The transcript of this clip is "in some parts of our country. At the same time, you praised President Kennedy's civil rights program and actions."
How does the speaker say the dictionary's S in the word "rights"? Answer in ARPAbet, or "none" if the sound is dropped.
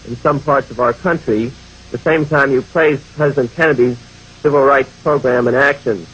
S